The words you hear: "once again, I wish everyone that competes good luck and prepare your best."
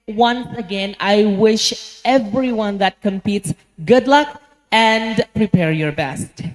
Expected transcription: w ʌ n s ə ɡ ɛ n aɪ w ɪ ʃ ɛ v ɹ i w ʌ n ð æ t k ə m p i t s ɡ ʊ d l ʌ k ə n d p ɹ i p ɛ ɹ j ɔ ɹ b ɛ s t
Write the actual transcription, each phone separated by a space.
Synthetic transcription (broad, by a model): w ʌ n s ə ɡ ɛ n aɪ w ɪ ʃ ɛ v ɹ i w ʌ n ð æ t k ə m p i t s ɡ ʊ d l ʌ k ə n d p ɹ i p ɛ ɹ j ɔ ɹ b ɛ s t